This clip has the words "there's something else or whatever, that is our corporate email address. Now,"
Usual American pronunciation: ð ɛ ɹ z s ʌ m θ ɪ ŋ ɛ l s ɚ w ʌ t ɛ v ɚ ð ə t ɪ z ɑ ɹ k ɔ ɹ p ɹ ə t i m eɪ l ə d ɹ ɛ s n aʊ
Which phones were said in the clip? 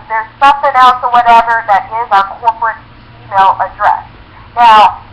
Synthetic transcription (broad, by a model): ð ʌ ɹ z s ʌ m θ ɪ ŋ ɛ l s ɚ w ʌ t ɛ v ɚ ð ə t ɪ z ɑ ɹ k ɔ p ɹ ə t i m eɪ l ə d ɹ ɛ s n aʊ